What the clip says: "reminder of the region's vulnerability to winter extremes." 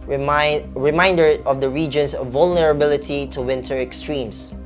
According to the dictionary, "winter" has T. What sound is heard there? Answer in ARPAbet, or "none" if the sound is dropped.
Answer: T